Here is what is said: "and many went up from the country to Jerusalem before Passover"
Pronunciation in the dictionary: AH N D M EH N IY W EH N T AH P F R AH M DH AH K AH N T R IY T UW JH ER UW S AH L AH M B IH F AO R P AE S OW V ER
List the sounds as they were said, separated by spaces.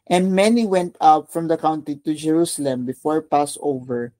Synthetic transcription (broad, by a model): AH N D M EH N IY W EH N T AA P F R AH M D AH K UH N T IY T UW JH ER UW S AH L AH M B IH F AO R P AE S OW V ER